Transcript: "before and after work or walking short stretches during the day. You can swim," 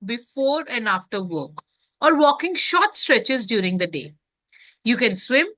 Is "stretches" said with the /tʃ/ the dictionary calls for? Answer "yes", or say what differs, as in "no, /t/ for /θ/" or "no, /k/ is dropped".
yes